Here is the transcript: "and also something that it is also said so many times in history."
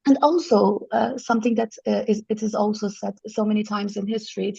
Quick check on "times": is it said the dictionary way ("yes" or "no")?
yes